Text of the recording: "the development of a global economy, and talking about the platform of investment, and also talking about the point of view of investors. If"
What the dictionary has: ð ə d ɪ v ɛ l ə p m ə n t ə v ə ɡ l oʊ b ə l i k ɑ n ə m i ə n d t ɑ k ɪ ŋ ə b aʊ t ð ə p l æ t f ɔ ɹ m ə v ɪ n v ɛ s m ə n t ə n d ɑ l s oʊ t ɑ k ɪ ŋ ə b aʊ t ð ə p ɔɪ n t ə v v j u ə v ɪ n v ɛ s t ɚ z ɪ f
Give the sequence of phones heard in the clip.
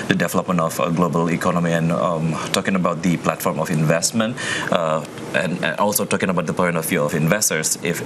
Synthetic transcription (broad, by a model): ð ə d ɪ v ɛ l ə p m ə n t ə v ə ɡ l oʊ b ə l i k ɑ n ə m i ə n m t ɑ k ɪ ŋ ə b aʊ t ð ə p l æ t f ɔ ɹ m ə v ɪ n v ɛ s m ə n t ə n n ɑ l s oʊ t ɑ k ɪ ŋ ə b aʊ t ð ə p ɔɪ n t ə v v j u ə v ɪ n v ɛ s t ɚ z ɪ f